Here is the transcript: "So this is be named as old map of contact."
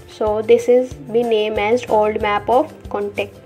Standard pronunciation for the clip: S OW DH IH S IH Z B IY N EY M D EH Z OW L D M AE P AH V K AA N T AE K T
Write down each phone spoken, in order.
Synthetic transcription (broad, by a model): S OW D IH S IH Z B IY N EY M EH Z OW L D M AE P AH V K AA N T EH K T